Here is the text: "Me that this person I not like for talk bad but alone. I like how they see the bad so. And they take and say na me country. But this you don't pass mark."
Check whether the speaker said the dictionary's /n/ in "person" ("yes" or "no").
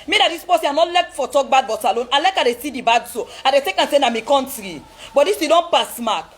no